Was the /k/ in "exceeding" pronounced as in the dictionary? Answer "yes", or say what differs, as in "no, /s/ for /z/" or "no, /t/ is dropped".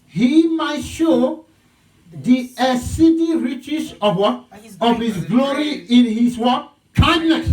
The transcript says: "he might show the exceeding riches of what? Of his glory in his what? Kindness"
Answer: no, /k/ is dropped